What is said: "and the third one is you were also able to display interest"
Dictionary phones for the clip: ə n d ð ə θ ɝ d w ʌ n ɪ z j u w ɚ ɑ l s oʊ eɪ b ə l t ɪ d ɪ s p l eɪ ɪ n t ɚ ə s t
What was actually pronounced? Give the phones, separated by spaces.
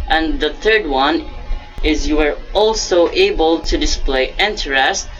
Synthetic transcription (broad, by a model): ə n ð ə θ ɝ d w ʌ n ɪ z j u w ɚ ɑ l s oʊ eɪ b ə l t ɪ d ɪ s p l eɪ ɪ n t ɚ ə s t